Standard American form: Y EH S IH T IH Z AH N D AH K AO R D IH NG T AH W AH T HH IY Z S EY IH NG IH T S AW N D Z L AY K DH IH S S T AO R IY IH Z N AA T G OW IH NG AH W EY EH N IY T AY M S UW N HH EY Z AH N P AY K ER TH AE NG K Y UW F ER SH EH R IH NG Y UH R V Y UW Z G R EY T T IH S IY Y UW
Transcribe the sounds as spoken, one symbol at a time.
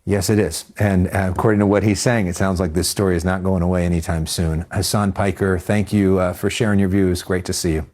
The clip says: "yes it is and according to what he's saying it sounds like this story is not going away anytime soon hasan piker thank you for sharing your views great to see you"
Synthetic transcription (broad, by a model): Y EH S IH T IH Z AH N AH K AO R D IH NG T AH W AH T HH IY Z S EY IH NG IH T S AW N D Z L AY K DH IH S S T AO R IY IH Z N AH T G OW IH NG AH W EY EH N IY T AY M S UW N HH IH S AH N P AY K ER TH AE NG K Y UW F ER SH EH R IH NG Y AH R V Y UW Z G R EY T T IH S IY Y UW